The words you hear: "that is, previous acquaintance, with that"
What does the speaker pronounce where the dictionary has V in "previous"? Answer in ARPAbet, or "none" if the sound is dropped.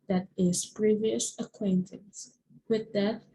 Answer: V